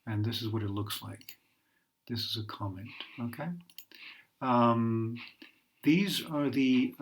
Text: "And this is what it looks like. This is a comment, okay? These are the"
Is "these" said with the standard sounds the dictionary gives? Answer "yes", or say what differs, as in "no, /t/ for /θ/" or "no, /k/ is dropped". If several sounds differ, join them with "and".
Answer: yes